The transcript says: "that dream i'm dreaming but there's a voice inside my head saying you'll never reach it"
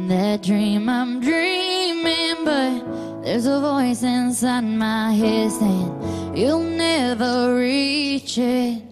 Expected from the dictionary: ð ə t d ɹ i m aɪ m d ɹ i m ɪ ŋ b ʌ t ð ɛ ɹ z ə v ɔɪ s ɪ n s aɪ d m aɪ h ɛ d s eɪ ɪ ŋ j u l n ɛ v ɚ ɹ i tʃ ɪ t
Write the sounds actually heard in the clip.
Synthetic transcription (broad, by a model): ð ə t d ɹ i m aɪ m d ɹ i m ɪ ŋ b ʌ t ð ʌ ɹ z ə v ɔɪ s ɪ n s aɪ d m aɪ h ɛ d s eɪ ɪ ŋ j u l n ɛ v ɚ ɹ i tʃ ɪ t